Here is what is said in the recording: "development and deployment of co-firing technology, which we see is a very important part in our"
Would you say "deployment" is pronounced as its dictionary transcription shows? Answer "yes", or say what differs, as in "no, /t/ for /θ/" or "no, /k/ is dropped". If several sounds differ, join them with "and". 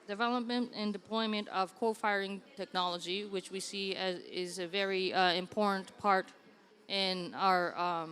yes